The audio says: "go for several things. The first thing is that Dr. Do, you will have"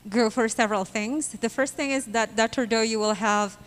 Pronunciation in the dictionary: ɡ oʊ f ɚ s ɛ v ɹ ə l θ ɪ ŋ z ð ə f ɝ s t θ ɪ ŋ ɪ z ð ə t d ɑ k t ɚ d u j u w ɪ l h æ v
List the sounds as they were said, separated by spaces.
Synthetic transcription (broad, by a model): ɡ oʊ f ɚ s ɛ v ɹ ə l θ ɪ ŋ z ð ə f ɝ s t θ ɪ ŋ ɪ z ð ə t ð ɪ t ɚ d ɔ j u w ɪ l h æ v